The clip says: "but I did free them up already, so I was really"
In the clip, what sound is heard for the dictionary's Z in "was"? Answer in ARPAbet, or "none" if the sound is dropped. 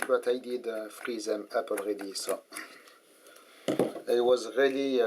Z